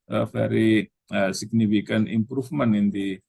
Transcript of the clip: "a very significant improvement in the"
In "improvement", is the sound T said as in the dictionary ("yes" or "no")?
no